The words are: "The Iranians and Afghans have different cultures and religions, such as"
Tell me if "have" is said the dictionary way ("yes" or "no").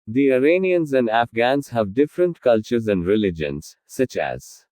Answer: yes